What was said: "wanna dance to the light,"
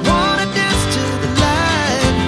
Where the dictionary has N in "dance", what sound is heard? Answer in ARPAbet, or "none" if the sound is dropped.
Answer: none